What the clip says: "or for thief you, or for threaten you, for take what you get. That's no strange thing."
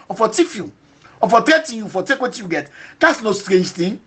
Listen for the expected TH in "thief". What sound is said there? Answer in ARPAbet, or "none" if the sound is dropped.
T